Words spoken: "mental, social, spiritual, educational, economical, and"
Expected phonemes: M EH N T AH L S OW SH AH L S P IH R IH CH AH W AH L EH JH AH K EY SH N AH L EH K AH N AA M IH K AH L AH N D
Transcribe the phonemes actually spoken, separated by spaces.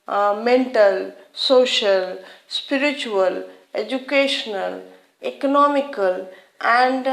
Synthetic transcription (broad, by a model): M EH N T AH L S OW SH AH L S P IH R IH CH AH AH L EH JH AH K EY SH N AH L EH K AH N AA M IH K AH L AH N D